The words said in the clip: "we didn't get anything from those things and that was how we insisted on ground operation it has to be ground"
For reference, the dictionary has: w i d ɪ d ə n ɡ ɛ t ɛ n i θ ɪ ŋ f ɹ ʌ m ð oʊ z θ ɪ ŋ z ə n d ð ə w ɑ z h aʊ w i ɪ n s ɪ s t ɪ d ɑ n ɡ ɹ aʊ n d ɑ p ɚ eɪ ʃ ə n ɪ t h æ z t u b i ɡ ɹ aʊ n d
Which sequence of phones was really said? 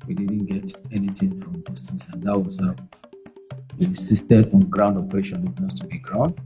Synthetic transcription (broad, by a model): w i d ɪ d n ɡ ɛ t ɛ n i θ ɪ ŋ f ɹ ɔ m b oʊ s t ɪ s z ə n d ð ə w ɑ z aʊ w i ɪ s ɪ s t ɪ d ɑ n ɡ ɹ aʊ n d ɑ p ɚ eɪ ʃ ə n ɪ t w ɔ s t u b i ɡ ɹ aʊ n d